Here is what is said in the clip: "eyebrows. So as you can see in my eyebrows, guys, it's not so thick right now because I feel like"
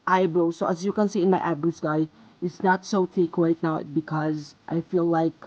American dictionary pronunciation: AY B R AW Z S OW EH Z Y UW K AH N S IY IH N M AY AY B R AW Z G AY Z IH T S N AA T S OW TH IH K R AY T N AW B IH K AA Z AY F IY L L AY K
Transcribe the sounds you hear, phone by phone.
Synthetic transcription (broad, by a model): AY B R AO S OW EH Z Y UW K AH N S IY IH N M AY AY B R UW S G AY IH T S N AA T S OW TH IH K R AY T N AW B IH K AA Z AY F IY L L AY K